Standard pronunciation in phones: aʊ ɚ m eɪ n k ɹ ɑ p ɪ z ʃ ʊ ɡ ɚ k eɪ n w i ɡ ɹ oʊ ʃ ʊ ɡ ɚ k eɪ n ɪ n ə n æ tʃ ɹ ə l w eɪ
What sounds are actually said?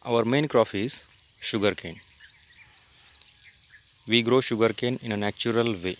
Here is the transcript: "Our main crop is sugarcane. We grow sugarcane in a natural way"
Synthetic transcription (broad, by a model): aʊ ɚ m eɪ n k ɹ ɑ f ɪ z ʃ ʊ ɡ ɚ k eɪ n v i ɡ ɹ oʊ ʃ ʊ ɡ ɚ k eɪ n ɪ n ə n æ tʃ ɹ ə l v eɪ